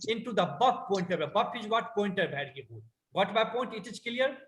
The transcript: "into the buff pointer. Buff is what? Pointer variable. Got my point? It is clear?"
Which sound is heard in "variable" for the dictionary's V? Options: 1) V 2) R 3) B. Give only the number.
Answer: 3